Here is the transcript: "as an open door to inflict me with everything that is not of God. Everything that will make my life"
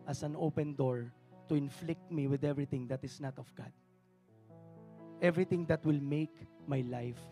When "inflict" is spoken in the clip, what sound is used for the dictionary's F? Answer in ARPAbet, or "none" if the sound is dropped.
F